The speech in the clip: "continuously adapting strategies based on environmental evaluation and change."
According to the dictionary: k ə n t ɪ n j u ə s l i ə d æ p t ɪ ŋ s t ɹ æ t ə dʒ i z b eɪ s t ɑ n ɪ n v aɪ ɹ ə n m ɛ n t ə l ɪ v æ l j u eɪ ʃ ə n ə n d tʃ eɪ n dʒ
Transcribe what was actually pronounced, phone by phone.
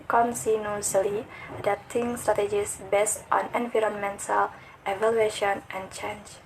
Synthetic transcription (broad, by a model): k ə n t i n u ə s l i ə d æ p t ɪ ŋ s t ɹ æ t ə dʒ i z b eɪ s t ɑ n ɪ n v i ɹ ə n m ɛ n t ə l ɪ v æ l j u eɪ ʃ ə n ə n tʃ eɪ n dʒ